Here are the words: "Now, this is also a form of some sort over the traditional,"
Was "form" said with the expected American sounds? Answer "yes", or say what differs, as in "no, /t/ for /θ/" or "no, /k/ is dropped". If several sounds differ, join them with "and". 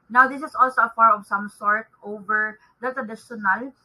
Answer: no, /m/ is dropped